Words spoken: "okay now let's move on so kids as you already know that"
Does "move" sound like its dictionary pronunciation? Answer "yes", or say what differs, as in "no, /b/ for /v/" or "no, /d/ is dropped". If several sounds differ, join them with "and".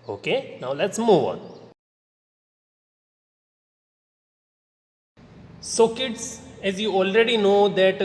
yes